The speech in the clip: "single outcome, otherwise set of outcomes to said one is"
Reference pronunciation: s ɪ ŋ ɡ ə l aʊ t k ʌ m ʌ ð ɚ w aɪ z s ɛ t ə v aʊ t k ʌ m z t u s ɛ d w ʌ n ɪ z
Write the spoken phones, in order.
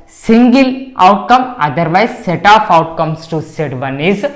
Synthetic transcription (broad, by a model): s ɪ ŋ ɡ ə l aʊ t k ʌ m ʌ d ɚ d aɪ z s ɛ t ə p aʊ t k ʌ m s t u s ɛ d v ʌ n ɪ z